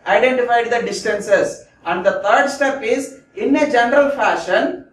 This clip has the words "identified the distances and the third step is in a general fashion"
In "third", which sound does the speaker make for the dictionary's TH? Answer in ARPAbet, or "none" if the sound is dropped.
T